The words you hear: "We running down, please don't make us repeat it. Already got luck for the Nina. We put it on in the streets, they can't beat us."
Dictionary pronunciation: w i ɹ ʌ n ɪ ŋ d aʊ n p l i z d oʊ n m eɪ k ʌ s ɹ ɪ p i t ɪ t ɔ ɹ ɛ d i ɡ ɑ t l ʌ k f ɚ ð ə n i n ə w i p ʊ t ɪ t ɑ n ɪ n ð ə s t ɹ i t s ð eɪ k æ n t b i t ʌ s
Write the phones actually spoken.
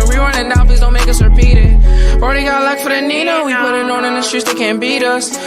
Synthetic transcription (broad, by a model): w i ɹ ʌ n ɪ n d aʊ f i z d oʊ n m eɪ k ʌ s ɹ ɪ p i t ɪ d ɔ ɹ ɛ d i ɡ ɑ t l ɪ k f ɚ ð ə n i n ə w i p ʊ t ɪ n ɑ n ɪ n ð ə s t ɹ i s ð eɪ k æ n b i t ʌ s